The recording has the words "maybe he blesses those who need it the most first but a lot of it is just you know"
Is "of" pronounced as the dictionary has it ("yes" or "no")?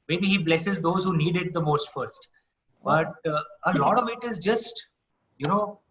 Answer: yes